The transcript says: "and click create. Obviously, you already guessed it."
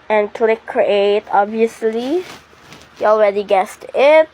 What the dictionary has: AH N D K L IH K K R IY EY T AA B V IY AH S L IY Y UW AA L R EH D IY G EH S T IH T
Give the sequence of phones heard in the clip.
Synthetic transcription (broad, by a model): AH N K L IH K K R IY EY T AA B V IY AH S L IY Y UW AA L R EH D IY G EH S T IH T